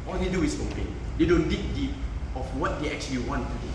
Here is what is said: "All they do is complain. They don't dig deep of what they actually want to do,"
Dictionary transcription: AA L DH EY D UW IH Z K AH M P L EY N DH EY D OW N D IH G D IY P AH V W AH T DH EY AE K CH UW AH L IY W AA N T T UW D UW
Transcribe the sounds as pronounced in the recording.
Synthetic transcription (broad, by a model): AA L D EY D UW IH S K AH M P EY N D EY D OW N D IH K D IY P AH F W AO T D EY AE K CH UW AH L IY W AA N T T UW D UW